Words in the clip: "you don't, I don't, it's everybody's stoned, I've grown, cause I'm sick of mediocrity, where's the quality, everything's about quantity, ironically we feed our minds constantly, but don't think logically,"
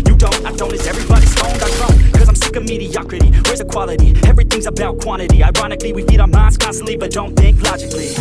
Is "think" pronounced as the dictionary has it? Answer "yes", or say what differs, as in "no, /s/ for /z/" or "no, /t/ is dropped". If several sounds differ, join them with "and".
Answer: yes